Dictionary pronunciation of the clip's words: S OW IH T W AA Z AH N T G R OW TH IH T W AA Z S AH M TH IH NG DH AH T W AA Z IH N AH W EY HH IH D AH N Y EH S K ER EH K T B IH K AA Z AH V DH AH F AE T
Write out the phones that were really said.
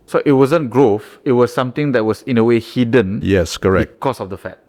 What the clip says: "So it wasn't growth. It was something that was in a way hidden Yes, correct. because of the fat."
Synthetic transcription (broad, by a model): S OW IH T W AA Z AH N G R OW F IH T W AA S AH M T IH NG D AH T W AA S IH N AH W EY HH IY D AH N Y EH S K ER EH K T K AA S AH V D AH F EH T